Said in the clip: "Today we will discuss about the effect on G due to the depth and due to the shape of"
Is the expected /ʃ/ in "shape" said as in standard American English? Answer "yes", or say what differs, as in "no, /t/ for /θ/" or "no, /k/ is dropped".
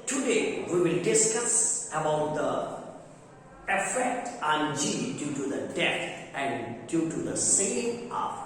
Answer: no, /s/ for /ʃ/